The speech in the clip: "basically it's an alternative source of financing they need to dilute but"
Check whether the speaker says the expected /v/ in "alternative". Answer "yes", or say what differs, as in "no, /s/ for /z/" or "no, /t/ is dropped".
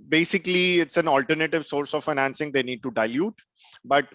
yes